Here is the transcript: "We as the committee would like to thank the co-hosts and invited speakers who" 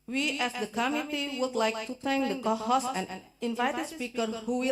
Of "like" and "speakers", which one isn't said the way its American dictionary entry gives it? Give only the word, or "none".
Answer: speakers